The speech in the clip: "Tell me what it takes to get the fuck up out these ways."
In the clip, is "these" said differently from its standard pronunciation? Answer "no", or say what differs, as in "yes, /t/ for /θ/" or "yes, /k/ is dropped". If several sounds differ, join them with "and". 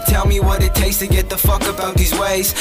no